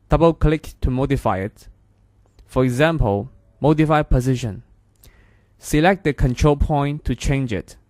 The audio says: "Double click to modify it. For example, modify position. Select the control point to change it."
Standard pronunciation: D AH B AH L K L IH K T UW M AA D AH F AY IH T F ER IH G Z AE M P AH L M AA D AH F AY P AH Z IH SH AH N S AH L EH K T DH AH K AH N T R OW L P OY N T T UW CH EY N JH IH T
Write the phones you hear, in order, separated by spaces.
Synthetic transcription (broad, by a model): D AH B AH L K L IH K T UW M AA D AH F AY IH T F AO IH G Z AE M P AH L M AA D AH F AY P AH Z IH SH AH N S AH L EH K T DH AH K AH N T R OW L P OY N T T UW CH EY N JH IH T